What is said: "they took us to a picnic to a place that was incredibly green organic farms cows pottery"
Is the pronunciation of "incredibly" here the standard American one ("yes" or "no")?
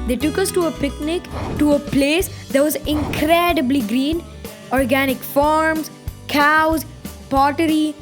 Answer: yes